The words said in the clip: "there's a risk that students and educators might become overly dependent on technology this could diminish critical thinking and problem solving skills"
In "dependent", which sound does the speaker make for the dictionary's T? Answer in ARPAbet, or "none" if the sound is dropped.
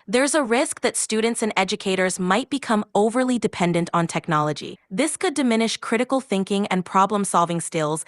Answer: T